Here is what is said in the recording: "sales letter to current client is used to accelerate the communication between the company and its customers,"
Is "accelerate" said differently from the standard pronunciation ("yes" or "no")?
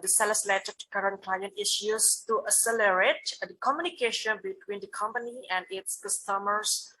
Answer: yes